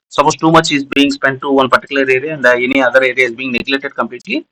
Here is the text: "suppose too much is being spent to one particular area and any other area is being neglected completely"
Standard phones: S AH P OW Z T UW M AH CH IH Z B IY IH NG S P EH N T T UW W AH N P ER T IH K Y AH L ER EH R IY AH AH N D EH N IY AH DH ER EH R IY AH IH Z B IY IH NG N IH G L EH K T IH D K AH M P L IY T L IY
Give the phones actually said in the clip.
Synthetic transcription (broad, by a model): S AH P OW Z T UW M AH CH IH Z B IY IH NG S P EH N T T UW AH N P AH T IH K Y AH L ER EH R IY AH AH N D EH N IY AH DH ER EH R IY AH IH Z B IY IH NG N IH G L EH T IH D K AH M P L IY T L IY